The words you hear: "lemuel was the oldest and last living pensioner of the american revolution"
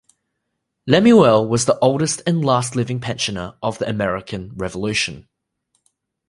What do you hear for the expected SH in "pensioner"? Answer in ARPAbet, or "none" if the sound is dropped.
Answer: SH